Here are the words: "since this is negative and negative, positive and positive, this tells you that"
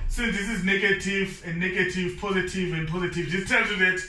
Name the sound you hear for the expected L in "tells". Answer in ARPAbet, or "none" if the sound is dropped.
none